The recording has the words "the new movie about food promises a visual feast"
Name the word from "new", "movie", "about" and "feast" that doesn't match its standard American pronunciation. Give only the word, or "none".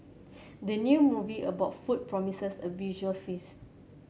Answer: feast